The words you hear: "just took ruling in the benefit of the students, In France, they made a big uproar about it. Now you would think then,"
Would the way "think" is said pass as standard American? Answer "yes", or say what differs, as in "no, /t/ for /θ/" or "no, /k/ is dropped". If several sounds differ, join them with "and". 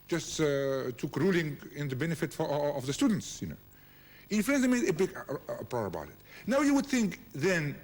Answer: yes